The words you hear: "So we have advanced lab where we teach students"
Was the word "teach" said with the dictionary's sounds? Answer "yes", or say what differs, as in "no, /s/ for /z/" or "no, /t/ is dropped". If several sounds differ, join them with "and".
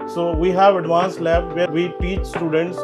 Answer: yes